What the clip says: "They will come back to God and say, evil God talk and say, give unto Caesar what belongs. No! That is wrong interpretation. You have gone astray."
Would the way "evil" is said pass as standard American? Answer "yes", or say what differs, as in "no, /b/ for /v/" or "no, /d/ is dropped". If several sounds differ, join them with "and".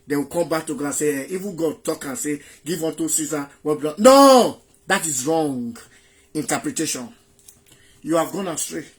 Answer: no, /n/ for /l/